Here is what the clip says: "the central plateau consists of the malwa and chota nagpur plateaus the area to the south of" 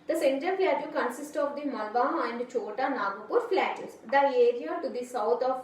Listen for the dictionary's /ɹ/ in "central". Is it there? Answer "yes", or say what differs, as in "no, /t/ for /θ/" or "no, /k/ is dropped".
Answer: no, /ɹ/ is dropped